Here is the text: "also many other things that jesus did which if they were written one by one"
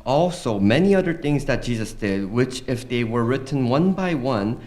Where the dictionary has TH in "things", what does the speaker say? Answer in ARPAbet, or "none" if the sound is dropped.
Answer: TH